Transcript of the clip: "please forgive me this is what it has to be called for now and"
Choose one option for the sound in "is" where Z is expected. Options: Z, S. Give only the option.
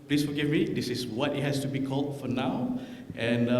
S